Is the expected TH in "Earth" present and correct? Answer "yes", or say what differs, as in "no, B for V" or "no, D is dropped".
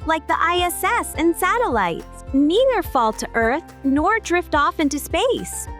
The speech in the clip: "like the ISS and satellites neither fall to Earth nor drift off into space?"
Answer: yes